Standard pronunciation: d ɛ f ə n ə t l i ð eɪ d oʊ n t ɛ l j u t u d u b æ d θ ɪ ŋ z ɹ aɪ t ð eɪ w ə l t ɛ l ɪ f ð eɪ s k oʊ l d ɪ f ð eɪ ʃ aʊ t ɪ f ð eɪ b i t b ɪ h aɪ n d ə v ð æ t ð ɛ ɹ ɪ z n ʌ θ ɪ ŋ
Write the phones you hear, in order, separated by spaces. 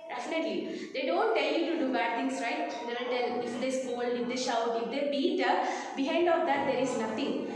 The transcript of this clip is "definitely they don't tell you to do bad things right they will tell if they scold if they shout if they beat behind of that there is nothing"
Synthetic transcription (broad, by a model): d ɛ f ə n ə t l i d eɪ d oʊ n t ɛ l j u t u d u b æ d t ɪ ŋ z ɹ aɪ t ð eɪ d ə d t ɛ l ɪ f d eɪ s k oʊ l ɪ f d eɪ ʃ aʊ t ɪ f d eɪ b i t b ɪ h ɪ n d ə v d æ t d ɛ ɹ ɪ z n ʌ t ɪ ŋ